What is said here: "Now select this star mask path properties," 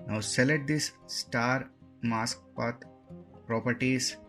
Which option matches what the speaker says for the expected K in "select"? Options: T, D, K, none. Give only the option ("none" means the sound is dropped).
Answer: none